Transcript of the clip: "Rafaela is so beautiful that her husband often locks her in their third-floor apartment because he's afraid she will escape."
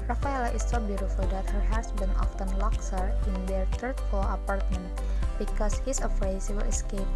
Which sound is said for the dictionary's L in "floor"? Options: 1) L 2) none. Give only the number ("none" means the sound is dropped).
2